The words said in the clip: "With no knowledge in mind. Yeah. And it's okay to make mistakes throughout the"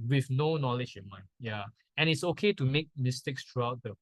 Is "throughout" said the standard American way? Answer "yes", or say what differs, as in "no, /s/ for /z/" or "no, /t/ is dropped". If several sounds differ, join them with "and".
no, /t/ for /θ/